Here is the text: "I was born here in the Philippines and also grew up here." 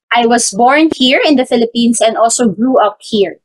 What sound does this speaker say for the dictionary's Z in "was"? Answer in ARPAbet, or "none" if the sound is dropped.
S